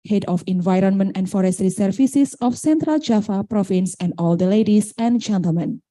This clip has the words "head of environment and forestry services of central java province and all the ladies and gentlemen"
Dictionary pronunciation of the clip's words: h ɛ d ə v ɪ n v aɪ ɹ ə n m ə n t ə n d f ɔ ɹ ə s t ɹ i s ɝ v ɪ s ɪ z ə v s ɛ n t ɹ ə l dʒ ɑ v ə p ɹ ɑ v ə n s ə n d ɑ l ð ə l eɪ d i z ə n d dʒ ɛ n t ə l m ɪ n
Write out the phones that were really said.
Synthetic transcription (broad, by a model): h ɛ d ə f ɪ n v aɪ ɹ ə n m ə n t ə n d f ɔ ɹ ə s t ɹ i s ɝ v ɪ s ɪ s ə f s ɛ n t ɹ ə l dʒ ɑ f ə p ɹ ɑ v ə n s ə n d ɑ l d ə l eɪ d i s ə n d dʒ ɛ n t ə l m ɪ n